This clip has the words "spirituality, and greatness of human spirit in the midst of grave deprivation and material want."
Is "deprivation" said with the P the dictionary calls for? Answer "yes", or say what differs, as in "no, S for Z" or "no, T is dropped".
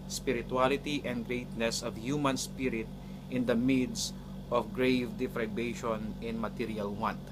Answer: no, F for P